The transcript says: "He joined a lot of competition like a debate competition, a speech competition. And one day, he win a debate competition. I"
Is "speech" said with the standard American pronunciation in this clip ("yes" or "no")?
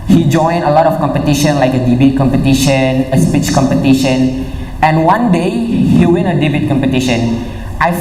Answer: yes